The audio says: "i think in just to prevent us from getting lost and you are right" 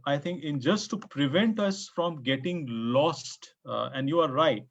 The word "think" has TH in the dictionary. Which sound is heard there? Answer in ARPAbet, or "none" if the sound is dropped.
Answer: T